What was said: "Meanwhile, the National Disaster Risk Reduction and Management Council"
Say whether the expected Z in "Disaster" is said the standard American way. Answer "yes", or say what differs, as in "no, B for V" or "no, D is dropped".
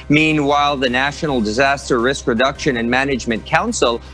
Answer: yes